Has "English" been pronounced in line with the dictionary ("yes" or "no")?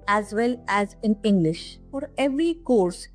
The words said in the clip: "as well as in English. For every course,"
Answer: yes